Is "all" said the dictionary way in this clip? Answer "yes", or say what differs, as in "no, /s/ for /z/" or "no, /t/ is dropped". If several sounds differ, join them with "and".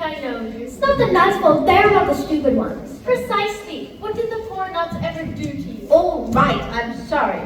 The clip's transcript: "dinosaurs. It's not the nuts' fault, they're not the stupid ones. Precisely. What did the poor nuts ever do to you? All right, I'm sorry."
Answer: yes